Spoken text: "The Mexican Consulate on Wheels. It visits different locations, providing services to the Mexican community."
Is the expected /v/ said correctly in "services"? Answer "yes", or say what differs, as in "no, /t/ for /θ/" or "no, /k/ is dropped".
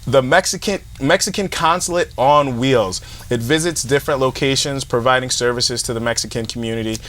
yes